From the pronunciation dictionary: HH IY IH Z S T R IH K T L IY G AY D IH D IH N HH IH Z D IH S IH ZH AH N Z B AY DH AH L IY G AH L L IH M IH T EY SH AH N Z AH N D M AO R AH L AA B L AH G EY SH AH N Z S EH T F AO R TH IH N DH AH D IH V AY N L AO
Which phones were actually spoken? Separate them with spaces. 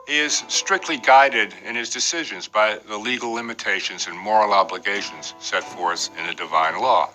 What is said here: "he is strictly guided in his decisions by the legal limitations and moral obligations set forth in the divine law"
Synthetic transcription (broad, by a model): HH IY IH Z S T R IH K T L IY G AY D IH D IH N IH Z D IH S IH ZH AH N Z B AY DH AH L IY G L L IH M IH T EY SH AH N Z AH N M AO R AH L AA B L AH G EY SH AH N Z S EH T F AO R TH IH N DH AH D IH V AY N L AO